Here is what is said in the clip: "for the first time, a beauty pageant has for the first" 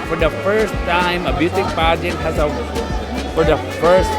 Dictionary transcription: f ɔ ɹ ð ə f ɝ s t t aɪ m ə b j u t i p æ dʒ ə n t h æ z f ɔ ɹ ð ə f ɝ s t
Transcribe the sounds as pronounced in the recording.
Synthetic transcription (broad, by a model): f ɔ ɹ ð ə f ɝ s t t aɪ m ə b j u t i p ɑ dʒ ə t h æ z f ɔ ɹ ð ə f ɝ s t